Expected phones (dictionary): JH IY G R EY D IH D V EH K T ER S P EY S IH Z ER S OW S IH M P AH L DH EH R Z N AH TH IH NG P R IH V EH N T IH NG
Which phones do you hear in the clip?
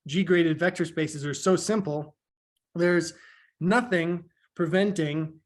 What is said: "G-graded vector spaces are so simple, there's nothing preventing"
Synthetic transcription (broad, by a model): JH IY G R EY D IH D V EH K T ER S P EY S IH Z ER S OW S IH M P L DH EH R Z N AH TH IH NG P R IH V EH N T IH NG